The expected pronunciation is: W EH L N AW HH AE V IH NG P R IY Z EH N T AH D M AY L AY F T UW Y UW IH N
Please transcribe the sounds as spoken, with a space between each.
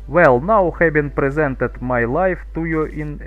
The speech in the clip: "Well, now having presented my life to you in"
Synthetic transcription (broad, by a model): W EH L N AW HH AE B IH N P R IY Z EH N T AH D M AY L AY F T UW Y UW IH N